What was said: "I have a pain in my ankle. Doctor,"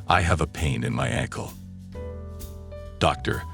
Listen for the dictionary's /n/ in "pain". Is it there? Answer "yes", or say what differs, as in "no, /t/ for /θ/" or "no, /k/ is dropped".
yes